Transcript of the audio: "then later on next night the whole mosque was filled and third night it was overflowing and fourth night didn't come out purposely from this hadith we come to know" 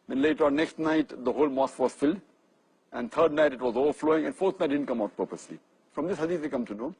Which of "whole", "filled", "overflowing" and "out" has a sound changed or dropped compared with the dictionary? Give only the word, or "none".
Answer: none